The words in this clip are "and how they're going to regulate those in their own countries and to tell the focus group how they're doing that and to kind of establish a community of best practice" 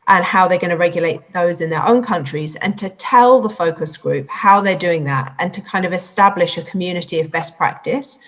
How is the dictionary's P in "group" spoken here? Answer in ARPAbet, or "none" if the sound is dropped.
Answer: P